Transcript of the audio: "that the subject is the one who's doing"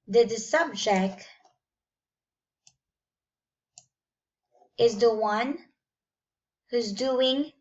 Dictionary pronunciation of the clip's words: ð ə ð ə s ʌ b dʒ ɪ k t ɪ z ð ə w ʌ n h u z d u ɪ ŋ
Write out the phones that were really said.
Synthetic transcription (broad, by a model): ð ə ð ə s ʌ b dʒ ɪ k t ɪ z ð ə w ʌ n h u z d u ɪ ŋ